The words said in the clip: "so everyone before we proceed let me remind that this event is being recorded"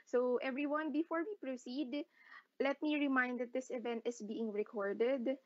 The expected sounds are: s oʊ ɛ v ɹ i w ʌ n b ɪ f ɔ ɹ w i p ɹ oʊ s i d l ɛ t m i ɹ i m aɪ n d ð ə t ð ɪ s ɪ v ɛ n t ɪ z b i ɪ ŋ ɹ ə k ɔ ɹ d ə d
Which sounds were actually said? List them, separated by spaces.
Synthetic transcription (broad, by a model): s oʊ ɛ v ɹ i w ʌ n b ɪ f ɔ ɹ w i p ɹ oʊ s i d l ɛ t m i ɹ i m aɪ n d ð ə t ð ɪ s ɪ v ɛ n t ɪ s b i ɪ ŋ ɹ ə k ɔ ɹ d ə d